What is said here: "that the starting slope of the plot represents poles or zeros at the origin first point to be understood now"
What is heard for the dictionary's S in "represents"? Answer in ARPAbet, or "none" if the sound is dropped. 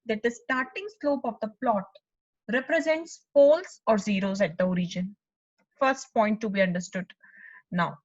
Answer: S